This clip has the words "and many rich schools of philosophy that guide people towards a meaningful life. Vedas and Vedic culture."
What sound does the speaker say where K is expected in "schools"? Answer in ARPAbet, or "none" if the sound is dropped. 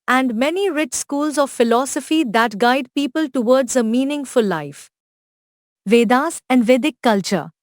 K